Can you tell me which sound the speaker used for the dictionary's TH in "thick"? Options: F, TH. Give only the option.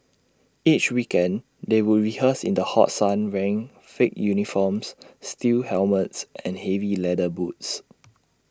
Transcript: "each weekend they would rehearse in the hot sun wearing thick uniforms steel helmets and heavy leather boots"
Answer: F